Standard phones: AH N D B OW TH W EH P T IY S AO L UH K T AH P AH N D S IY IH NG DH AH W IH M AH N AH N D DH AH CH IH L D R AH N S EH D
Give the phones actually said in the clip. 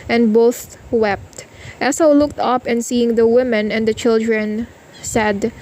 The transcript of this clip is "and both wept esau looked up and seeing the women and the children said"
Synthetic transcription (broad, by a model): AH N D B OW TH W EH P T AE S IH L UH K T AH P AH N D S IY IH NG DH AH W IH M AH N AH N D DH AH CH IH L D R AH N S EH D